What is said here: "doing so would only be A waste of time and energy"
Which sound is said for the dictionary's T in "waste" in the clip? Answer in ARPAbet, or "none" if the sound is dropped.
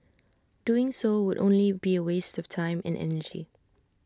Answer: T